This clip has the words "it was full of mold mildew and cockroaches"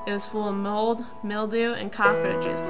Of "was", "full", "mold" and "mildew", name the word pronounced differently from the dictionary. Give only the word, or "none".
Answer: none